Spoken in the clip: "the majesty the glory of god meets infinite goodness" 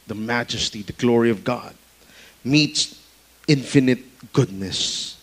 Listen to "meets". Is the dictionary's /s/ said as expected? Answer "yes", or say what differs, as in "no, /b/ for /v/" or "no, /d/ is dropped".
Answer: yes